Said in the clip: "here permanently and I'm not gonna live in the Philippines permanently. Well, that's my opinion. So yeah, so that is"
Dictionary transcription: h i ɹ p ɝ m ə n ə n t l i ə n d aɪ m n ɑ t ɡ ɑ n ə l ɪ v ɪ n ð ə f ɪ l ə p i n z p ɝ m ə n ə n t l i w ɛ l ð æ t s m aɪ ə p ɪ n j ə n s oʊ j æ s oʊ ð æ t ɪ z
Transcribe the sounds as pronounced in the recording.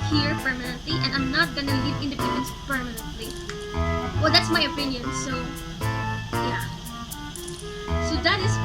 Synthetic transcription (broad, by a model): h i ɹ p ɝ m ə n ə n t l i ə n d aɪ m n ɑ t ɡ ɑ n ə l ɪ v ɪ n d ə p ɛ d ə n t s p ɝ m ə n ə n t l i w ɛ l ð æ t s m aɪ ə p ɪ n j ə n s oʊ j æ s oʊ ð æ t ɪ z